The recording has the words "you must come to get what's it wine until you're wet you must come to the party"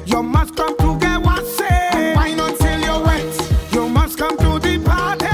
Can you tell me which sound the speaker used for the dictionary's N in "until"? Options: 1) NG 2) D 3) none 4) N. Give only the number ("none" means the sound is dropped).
3